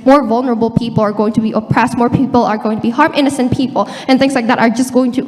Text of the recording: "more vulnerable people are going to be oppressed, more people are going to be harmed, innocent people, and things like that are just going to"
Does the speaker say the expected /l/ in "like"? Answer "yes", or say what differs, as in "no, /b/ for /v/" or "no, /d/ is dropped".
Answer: yes